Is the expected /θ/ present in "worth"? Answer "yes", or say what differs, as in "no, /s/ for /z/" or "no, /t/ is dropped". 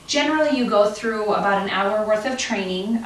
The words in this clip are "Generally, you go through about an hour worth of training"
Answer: yes